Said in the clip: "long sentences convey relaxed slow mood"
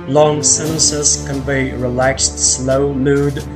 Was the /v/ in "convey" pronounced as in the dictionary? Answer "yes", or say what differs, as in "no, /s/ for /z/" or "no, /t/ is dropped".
no, /b/ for /v/